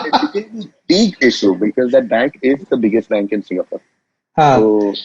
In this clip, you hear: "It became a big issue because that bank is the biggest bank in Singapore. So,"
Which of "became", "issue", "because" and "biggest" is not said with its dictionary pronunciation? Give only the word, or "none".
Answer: became